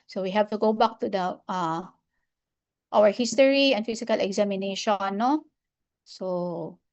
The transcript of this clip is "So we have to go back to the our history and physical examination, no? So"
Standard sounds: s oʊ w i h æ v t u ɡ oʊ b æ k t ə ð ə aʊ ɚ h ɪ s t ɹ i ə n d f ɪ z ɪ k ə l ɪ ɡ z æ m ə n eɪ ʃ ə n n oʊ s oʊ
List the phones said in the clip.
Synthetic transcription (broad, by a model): s oʊ w i h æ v t u ɡ oʊ b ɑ k t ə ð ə aʊ ɚ h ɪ s t ɹ i ə n d f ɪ s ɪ k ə l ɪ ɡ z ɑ m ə n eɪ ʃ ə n n oʊ s oʊ